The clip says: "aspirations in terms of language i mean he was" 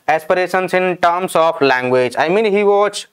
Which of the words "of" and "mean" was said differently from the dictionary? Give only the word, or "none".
of